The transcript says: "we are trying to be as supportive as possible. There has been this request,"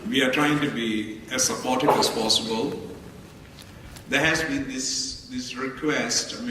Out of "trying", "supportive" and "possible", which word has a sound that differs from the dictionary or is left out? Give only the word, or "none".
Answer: supportive